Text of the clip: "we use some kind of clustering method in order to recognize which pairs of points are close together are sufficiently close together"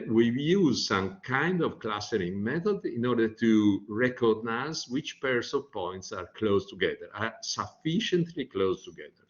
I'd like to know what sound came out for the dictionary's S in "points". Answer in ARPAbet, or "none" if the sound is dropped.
S